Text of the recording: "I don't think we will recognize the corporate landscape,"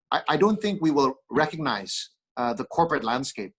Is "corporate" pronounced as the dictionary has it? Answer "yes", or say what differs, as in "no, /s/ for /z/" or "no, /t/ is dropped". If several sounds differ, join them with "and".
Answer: yes